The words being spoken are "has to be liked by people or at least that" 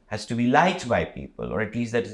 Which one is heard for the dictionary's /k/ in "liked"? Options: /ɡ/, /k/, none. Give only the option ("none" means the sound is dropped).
none